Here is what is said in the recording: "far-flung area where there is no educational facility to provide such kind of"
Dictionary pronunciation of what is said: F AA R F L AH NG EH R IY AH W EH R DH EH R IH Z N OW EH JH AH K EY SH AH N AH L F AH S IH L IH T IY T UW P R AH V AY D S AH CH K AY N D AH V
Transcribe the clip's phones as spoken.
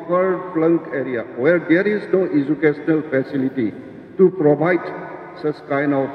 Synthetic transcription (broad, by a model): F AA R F L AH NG EH R IY AH W EH R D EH R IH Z N OW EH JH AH K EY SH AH N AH L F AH S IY L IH T IY T UW P R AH B AY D S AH S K AY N AH